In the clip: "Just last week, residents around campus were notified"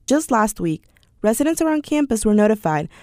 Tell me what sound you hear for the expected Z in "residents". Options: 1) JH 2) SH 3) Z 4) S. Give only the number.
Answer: 3